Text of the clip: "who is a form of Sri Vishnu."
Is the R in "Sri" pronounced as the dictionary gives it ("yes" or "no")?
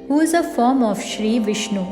yes